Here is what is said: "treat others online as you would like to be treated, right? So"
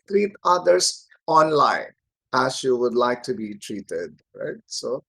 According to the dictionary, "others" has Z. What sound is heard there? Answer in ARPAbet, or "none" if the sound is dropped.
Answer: S